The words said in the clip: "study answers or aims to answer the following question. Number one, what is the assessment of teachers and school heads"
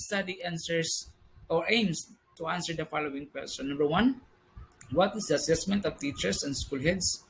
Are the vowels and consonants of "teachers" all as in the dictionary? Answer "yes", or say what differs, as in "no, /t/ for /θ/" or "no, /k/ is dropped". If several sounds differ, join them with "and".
no, /s/ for /z/